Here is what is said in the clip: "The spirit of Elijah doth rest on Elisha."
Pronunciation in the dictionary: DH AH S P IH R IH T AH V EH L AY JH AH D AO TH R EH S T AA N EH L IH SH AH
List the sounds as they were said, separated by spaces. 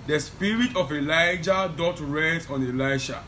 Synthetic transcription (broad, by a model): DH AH S P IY R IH T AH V EH L AY JH AH D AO T R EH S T AA N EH L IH SH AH